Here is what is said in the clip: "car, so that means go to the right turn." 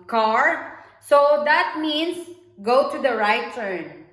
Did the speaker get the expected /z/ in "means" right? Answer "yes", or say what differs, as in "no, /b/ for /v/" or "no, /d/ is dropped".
no, /s/ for /z/